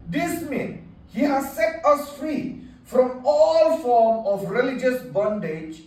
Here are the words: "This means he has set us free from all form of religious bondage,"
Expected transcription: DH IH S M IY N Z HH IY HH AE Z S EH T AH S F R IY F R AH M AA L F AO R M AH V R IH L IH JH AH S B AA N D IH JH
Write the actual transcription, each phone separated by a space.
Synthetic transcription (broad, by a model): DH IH S M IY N HH IY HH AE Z S EH T AH S F R IY F R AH M AA L F AO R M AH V R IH L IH JH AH S B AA N D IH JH